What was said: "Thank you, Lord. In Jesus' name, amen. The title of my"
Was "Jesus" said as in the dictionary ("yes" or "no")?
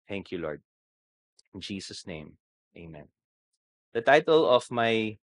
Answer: no